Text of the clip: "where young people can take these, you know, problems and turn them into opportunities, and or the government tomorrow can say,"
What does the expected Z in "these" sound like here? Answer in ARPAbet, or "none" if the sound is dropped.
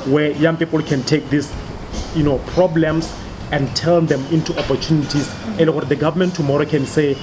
S